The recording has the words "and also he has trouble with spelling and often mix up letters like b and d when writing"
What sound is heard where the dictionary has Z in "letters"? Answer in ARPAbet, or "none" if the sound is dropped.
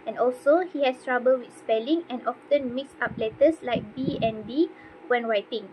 S